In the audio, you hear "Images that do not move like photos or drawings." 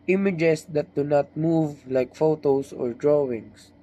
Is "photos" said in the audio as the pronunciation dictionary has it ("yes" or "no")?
no